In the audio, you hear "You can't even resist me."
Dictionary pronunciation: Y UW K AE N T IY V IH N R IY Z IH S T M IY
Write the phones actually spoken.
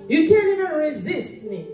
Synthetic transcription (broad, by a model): Y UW K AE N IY V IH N R IY Z IH S T M IY